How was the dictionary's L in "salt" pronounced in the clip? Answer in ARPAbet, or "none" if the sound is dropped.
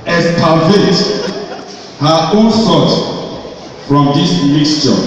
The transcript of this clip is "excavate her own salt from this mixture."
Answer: none